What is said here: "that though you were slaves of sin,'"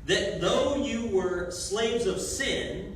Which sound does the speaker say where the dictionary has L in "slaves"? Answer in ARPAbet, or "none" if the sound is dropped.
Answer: L